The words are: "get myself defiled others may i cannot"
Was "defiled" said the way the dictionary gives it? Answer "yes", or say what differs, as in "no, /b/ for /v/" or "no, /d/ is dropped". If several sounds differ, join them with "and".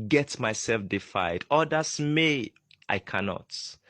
no, /l/ is dropped